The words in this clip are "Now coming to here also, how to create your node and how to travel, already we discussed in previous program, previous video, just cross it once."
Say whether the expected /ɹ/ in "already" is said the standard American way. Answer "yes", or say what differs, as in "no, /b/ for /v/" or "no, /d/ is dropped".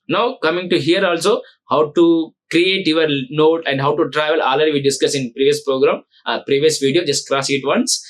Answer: no, /ɹ/ is dropped